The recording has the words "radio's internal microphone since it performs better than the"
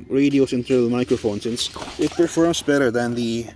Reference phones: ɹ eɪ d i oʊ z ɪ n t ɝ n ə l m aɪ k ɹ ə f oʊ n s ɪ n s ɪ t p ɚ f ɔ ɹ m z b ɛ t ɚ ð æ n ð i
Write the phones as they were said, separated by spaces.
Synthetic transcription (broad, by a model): ɹ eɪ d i oʊ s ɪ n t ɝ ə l m aɪ k ɹ ə f oʊ n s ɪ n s ɪ t p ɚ f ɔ ɹ m s b ɛ t ɚ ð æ n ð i